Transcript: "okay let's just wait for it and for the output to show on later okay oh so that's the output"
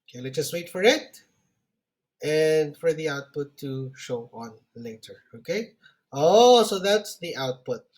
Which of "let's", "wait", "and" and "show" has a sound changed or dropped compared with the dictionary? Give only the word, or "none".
let's